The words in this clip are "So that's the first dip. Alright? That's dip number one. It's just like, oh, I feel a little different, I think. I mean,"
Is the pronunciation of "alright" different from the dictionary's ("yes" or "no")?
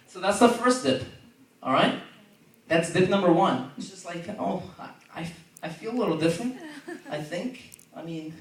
no